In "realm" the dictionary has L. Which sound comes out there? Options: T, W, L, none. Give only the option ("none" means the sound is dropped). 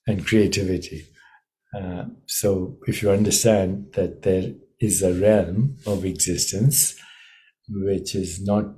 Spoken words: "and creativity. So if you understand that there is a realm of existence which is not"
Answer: L